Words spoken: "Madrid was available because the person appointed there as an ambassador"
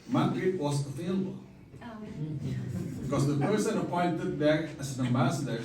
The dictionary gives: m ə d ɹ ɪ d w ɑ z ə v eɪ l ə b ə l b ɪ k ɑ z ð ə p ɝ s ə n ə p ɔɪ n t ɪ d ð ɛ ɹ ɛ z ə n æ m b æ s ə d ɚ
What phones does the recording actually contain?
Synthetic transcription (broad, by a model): m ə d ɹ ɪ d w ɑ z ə f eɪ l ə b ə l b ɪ k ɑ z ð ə p ɝ s ə n ə p ɔɪ n t ɪ d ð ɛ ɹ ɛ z ə n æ m b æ s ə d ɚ